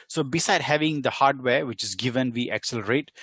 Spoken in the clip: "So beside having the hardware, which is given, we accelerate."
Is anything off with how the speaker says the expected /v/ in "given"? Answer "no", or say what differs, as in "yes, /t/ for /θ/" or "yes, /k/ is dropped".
no